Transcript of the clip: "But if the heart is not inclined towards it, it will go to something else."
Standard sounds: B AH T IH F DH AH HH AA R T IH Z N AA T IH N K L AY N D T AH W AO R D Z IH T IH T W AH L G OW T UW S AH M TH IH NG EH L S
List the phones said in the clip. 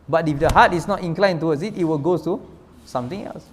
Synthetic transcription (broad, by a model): B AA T IH F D AH HH AA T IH S N AA T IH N K L AY N T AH W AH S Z IH T IH T W AH L G OW T UW S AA M T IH NG EH L S